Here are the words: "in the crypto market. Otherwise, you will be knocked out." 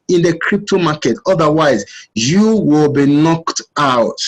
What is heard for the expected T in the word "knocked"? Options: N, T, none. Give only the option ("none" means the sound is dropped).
T